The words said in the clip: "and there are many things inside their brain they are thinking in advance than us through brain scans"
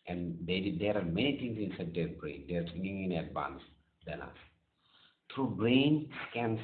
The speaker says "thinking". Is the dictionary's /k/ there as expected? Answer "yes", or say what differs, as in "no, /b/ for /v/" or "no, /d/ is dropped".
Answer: no, /k/ is dropped